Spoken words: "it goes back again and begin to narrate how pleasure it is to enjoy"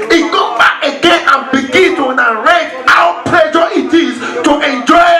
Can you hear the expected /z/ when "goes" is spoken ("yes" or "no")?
no